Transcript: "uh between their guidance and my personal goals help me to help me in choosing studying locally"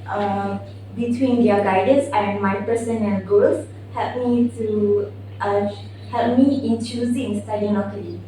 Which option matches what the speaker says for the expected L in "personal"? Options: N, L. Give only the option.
N